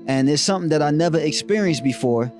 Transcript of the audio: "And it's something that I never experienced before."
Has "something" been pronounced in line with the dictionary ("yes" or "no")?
yes